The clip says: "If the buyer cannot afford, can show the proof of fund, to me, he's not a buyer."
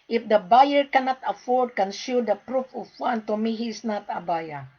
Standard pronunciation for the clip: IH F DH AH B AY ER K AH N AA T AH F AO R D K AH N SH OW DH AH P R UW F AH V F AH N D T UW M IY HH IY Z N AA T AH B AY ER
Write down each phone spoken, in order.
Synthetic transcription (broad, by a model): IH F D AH B AY ER K AH N AA T AH F AO R D K AH N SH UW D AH P R UW F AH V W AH N T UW M IY HH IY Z N AA T AH B AY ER